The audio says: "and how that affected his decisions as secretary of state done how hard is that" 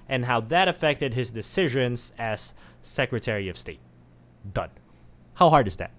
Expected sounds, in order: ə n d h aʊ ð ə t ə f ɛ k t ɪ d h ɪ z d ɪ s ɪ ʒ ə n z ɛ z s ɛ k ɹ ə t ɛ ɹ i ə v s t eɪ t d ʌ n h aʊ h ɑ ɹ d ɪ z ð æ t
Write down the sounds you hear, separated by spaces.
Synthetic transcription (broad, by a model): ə n h aʊ ð ə t ə f ɛ k t ɪ d h ɪ z d ɪ s ɪ ʒ ə n z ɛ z s ɛ k ɹ ə t ɛ ɹ i ə v s t eɪ t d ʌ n h aʊ h ɑ ɹ d ɪ z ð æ t